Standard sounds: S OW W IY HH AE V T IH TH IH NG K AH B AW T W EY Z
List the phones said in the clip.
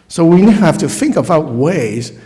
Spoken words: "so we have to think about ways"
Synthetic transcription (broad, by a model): S OW W IY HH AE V T IH TH IH NG K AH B AW T W EY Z